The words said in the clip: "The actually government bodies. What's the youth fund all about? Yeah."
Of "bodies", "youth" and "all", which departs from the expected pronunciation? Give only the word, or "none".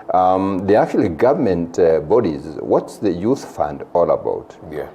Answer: none